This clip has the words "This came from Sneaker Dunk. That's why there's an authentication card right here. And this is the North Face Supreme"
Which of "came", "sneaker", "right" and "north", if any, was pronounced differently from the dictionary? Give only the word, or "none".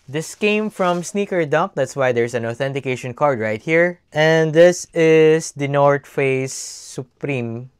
north